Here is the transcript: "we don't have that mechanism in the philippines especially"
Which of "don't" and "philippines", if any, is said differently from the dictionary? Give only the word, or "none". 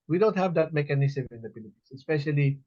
philippines